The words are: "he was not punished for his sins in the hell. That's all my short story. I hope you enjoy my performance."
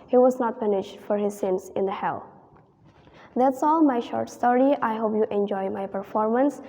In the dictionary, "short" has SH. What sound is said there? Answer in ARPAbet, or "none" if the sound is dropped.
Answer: SH